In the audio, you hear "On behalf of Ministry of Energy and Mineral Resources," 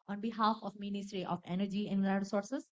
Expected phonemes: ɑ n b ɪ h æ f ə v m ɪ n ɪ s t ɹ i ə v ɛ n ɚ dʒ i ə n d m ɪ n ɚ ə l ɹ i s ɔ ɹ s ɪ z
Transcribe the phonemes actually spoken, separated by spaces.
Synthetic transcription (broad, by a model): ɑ n b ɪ h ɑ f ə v m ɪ n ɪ s t ɹ i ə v ɛ n ɚ dʒ i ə n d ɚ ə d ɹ s ɔ ɹ s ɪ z